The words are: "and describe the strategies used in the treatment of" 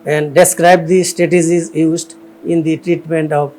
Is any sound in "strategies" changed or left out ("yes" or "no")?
yes